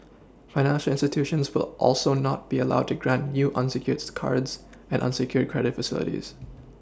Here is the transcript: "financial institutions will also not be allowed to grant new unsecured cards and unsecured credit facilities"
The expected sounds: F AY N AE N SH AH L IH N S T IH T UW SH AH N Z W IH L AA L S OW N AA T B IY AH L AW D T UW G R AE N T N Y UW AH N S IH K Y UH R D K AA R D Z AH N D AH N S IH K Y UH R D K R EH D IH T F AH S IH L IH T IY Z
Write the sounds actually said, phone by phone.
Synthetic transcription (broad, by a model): F AY N AE N SH AH L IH N S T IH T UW SH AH N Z W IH L AA L S OW N AA T B IY AH L AW D T UW G R AE N T N Y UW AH N S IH K Y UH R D K AA R D Z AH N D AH N S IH K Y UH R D K R EH D IH T F AH S IH L IH T IY Z